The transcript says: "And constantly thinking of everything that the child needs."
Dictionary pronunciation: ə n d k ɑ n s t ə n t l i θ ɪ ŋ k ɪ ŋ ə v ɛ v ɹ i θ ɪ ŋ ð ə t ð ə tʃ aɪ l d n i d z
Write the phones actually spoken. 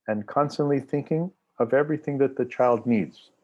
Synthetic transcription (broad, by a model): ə n k ɑ n s t ə n t l i θ ɪ ŋ k ɪ ŋ ə v ɛ v ɹ i θ ɪ ŋ ð ə t ð ə tʃ aɪ l d n i d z